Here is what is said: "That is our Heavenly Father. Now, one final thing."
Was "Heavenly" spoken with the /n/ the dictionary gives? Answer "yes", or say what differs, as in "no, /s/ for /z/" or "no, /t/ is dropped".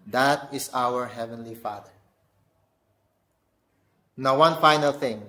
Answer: yes